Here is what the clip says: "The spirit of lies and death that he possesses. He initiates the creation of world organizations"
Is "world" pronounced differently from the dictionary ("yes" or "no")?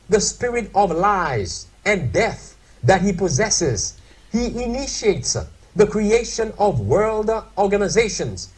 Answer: no